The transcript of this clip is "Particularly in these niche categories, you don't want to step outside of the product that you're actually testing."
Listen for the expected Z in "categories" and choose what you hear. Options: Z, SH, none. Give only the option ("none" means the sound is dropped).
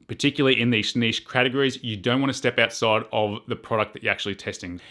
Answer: Z